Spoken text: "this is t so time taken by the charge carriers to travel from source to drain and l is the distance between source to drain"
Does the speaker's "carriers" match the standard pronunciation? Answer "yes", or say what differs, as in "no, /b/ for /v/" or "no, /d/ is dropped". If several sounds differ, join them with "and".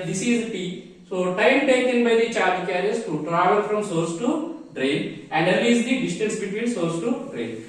no, /s/ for /z/